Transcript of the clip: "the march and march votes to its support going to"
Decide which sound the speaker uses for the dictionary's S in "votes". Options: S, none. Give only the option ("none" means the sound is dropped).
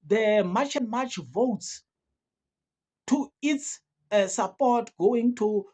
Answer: S